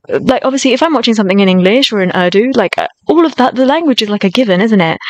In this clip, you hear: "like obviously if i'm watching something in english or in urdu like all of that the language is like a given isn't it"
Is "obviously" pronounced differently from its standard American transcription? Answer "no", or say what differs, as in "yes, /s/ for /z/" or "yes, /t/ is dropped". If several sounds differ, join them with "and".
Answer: no